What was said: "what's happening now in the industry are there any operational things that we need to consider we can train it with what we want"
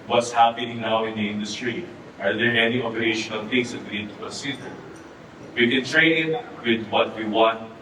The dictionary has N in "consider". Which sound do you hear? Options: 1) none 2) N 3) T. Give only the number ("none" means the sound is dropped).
1